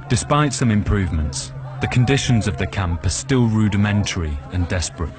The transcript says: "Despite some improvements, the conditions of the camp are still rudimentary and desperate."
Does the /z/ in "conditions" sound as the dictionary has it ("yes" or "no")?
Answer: yes